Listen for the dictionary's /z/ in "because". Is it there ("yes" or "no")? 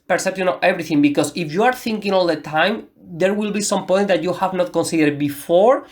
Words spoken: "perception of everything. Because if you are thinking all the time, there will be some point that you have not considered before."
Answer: no